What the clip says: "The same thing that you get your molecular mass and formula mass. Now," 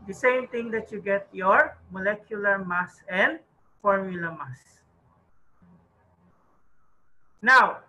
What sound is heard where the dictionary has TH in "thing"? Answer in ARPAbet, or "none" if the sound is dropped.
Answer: T